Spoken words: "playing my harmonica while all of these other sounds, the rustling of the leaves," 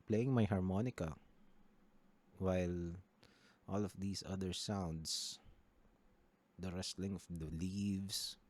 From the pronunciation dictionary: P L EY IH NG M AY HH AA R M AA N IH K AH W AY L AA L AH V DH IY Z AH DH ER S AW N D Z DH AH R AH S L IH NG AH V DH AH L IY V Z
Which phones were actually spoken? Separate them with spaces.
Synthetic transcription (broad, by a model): P L EY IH NG M AY HH AA R M AA N IH K AH W AY L AA L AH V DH IY S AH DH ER S AW N D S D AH R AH S L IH NG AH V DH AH L IY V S